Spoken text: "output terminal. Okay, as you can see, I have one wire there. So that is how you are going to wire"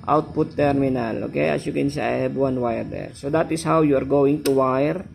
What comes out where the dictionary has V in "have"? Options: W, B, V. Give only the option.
B